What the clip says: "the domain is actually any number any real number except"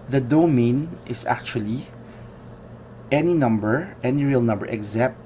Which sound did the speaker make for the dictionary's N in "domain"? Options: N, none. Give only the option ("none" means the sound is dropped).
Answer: N